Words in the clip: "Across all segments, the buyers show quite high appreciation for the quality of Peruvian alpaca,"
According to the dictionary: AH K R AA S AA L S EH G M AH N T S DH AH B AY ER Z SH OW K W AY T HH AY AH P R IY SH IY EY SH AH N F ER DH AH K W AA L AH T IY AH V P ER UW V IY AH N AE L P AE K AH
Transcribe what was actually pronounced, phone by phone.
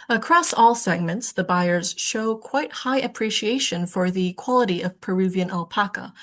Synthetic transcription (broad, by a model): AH K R AA S AA L S EH G M AH N T S DH AH B AY ER Z SH OW K W AY T HH AY AH P R IY SH IY EY SH AH N F ER DH AH K W AA L AH T IY AH V P ER UW V IY AH N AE L P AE K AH